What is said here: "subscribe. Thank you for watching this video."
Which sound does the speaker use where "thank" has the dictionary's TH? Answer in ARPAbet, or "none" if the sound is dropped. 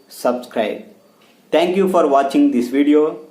T